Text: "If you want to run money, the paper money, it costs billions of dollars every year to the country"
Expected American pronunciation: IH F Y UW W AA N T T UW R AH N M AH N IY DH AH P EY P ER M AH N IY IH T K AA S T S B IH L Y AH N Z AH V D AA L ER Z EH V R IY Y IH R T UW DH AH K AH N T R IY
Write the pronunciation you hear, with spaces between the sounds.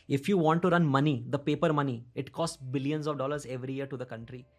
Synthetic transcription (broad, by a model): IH F Y UW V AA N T T UW R AH N M AH N IY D AH P EY P ER M AH N IY IH T K AA S T S B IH L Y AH N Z AH V D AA L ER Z EH V R IY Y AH R T UW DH AH K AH N T R IY